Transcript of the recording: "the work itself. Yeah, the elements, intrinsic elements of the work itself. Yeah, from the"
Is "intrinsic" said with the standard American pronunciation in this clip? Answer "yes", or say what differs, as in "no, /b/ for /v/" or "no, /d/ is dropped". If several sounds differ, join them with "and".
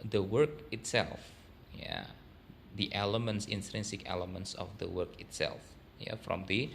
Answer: yes